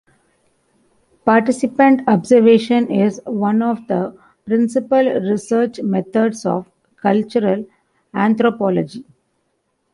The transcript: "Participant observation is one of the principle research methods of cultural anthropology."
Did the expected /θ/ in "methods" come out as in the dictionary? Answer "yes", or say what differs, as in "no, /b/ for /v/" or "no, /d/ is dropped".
no, /t/ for /θ/